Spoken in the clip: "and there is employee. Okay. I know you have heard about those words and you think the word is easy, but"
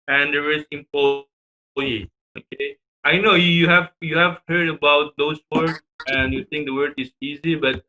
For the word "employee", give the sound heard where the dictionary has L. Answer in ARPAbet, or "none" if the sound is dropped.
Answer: none